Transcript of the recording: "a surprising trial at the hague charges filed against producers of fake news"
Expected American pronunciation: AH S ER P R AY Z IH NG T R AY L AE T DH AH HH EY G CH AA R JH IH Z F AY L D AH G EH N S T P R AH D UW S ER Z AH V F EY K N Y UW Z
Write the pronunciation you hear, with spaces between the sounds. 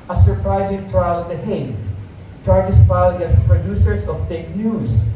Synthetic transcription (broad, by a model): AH S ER P R AY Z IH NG T R AY L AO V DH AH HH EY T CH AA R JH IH S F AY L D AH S P R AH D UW S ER S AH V F EY K N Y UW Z